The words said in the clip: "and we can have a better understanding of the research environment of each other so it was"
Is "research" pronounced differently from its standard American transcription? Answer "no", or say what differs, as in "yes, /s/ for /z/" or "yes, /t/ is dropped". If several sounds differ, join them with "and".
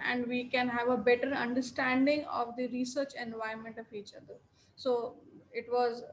no